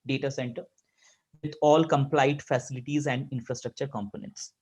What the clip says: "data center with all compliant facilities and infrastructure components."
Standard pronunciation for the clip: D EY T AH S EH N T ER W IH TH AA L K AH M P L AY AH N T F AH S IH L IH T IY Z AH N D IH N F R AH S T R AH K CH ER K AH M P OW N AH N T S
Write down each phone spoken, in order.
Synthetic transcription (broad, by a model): D EY T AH S EH N T ER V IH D AA L K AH M P L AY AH T F AH S IH L IH T IY Z AH N D IH N F R AH S T R AH K CH ER K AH M P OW N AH N T S